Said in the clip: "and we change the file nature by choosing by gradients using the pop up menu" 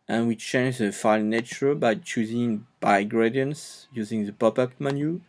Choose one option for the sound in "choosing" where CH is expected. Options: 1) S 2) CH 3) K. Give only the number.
2